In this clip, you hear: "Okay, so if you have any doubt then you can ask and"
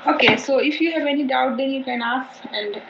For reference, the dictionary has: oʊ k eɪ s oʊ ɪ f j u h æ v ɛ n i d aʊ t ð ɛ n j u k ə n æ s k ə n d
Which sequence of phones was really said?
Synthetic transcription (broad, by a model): oʊ k eɪ s oʊ ɪ f j u h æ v ɛ n i d aʊ t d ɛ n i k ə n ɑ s ə n d